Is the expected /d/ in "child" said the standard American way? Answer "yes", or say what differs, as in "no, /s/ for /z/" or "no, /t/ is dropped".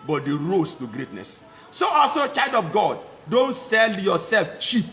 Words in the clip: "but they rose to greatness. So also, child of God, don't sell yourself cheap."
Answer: yes